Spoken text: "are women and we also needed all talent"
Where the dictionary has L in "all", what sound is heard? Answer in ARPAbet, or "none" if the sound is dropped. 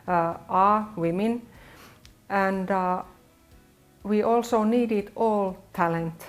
L